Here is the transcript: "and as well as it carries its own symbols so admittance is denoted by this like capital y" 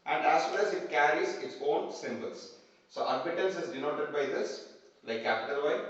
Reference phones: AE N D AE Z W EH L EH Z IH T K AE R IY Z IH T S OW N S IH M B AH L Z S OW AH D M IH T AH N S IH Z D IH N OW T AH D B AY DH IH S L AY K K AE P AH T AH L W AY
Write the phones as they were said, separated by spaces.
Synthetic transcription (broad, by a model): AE N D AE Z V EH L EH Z IH T K AE R IY Z IH T S OW N S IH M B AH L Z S OW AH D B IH T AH L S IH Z D IH N OW T AH D B AY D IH S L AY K K AE P AH T AH L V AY